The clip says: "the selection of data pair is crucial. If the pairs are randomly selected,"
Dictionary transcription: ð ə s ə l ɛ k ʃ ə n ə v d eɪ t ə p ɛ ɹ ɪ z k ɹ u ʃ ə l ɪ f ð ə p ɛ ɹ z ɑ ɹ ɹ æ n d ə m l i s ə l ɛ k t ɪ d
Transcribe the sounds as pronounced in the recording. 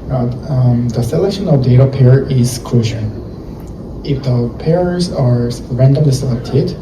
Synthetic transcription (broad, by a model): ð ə s ə l ɛ k ʃ ə n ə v d eɪ t ə p ɛ ɹ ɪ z k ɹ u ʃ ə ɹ ɪ f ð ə p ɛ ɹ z ɑ ɹ ɹ æ n d ə m l i s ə l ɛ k t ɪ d